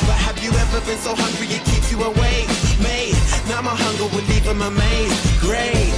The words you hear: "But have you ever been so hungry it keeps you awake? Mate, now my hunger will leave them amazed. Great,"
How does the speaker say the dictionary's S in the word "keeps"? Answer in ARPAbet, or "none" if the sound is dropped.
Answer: none